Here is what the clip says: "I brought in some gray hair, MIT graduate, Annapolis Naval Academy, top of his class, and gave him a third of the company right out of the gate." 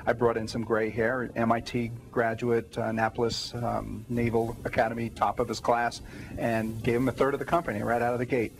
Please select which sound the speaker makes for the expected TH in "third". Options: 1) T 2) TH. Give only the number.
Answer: 2